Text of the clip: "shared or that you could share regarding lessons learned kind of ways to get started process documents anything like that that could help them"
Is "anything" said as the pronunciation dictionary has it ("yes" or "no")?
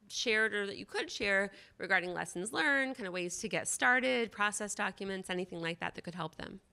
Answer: yes